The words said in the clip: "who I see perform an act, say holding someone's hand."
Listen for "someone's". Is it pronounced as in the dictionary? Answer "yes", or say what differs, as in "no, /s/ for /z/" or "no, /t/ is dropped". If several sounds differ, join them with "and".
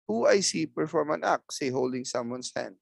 no, /s/ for /z/